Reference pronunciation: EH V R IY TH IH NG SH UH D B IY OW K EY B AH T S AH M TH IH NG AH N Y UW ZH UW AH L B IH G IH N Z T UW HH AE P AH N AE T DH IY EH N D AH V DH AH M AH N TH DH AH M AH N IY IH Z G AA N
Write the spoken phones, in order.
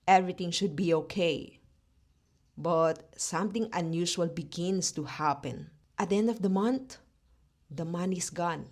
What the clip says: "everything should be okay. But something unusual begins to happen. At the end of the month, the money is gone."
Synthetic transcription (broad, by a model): EH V R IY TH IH NG SH UH D B IY OW K EY B AH T S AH M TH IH NG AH N Y UW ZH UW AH L B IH G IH N S T UW HH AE P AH N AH T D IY EH N D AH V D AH M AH N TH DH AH M AH N IY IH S G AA N